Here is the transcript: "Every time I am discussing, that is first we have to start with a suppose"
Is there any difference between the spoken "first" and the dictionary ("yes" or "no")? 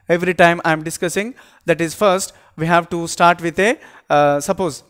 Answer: no